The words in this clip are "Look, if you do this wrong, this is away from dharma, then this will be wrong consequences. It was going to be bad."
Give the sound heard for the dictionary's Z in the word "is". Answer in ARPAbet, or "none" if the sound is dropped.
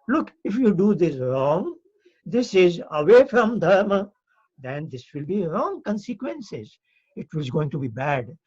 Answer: Z